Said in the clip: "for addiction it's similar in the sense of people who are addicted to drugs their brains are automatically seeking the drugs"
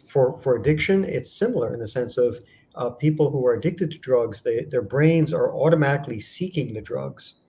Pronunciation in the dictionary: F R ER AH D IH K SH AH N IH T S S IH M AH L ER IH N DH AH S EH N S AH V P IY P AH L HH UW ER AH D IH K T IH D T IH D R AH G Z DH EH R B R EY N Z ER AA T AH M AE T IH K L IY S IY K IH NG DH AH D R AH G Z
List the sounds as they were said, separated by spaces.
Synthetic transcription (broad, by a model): F R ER AH D IH K SH AH N IH T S S IH M L ER IH N DH AH S EH N S AH V P IY P L HH UW ER AH D IH K T IH D T IH D R AH G Z DH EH R B R EY N Z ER AA T AH M AE T IH K L IY S IY K IH NG DH AH D R AH G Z